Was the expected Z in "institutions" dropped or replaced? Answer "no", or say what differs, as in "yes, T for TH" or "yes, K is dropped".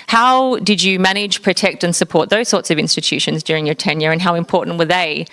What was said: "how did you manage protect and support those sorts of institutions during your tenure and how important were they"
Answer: no